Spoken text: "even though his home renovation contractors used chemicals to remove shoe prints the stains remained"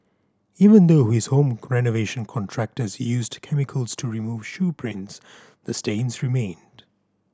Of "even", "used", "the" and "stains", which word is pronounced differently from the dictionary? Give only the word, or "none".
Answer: none